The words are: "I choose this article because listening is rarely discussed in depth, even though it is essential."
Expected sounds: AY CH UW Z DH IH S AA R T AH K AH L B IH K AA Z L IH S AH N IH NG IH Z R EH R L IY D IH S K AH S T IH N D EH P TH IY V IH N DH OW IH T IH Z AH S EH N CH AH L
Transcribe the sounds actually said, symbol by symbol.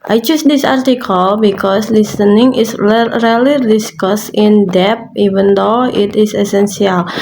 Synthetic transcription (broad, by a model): AY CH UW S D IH S AA R T AH K AH L B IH K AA S L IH S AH N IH NG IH S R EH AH L IY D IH S K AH S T IH N D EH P IY V IH N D OW IH T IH S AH S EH N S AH L